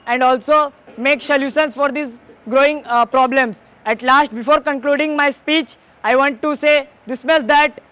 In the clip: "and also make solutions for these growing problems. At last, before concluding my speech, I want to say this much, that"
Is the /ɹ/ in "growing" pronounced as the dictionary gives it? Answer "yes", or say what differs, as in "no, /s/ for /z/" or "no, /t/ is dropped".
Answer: yes